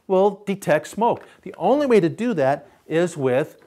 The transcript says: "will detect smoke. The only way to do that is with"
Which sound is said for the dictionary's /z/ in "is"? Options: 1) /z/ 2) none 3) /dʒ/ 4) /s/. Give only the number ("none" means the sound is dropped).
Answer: 1